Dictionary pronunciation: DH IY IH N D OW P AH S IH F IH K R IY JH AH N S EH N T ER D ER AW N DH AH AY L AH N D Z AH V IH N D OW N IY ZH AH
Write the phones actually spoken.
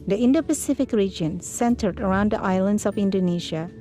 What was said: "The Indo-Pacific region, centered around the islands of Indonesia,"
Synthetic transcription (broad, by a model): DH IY IH N D OW P AH S IH F IH K R IY JH AH N S EH N T ER D ER AW N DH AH AY L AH N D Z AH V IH N D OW N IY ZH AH